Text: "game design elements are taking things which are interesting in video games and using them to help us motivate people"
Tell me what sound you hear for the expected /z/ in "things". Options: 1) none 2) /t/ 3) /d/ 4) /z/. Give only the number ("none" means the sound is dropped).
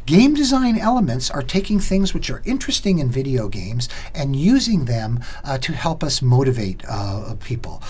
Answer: 4